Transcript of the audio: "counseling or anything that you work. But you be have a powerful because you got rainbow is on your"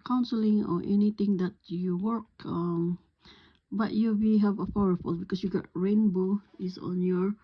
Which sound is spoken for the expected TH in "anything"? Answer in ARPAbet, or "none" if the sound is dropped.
T